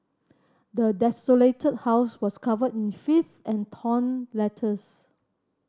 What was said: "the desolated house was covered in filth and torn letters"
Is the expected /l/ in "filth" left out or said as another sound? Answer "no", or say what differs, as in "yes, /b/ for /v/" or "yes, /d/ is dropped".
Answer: yes, /l/ is dropped